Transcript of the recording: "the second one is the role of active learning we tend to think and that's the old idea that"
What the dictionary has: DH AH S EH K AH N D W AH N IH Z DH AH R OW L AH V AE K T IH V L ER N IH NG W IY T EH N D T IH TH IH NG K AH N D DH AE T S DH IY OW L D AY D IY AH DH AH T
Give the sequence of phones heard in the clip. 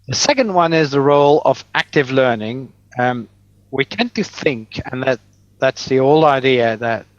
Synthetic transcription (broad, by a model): DH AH S EH K AH N D W AH N IH Z DH AH R OW L AH V AE K T IH V L ER N IH NG W IY T EH N T IH TH IH NG K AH N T DH AE T S DH IY OW L AY D IY AH DH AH T